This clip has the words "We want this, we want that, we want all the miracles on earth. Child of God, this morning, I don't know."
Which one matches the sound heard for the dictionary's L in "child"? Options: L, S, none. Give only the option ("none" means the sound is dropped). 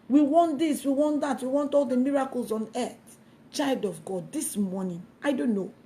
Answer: L